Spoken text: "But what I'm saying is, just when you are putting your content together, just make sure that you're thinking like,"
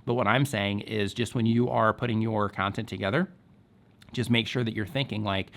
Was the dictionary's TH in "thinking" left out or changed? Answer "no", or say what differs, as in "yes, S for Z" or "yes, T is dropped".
no